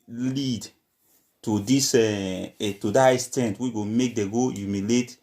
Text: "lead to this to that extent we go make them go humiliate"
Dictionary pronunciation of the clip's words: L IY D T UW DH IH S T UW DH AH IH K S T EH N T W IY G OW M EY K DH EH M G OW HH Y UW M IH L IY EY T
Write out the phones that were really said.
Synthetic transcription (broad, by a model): L IY D T UW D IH S T UW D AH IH S T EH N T W IY G OW M EY K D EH G OW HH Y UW M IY L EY T